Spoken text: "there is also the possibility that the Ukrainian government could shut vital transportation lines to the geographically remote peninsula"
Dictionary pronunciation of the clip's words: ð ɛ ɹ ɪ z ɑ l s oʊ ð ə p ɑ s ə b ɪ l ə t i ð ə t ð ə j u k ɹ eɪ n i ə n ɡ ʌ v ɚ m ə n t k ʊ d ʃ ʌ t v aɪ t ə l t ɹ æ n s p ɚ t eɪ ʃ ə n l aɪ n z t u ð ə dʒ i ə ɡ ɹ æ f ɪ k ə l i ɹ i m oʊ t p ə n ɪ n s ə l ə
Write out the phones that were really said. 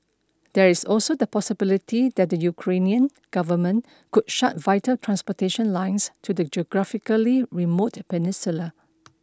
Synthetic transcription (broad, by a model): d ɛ ɹ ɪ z ɑ l s oʊ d ə p ɑ s ə b ɪ l ə t i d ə t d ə j u k ɹ eɪ n i ə n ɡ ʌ v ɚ m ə n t k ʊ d ʃ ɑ t v aɪ t ə l t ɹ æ n s p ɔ t eɪ ʃ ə n l aɪ n s t u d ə dʒ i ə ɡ ɹ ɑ f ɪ k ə l i ɹ i m oʊ t p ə n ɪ n s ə l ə